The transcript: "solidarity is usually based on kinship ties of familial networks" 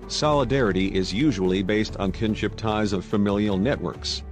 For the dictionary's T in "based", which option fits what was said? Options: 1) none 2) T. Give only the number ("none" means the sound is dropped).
2